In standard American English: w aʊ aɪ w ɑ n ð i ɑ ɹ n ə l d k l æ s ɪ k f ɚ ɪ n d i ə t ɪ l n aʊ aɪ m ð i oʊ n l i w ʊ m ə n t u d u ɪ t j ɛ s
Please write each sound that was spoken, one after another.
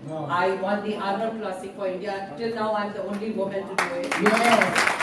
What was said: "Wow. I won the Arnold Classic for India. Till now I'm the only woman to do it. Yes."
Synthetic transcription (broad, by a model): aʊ aɪ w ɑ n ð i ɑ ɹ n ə d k l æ s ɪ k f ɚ ɪ n d i ə t ɪ l n aʊ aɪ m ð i oʊ n l i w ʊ m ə n t u d u ɪ t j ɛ